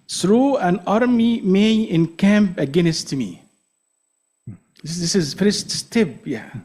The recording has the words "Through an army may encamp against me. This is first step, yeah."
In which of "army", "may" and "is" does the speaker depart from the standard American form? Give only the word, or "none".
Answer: none